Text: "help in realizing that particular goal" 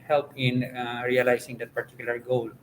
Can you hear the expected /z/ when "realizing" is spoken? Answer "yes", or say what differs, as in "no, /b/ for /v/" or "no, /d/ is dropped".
no, /s/ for /z/